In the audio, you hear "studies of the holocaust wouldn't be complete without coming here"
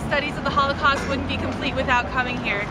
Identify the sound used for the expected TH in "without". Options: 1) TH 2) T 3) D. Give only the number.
1